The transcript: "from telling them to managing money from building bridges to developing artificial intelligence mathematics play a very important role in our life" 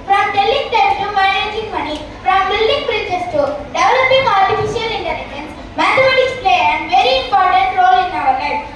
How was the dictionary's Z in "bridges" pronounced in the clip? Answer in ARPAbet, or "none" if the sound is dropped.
S